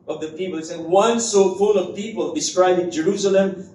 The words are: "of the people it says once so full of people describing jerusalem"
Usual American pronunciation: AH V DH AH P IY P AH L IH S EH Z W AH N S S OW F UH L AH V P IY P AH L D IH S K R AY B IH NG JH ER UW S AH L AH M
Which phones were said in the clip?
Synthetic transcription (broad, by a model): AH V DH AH P IY P AH L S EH W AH N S S OW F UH L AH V P IY P AH L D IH S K R AY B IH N JH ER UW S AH L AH M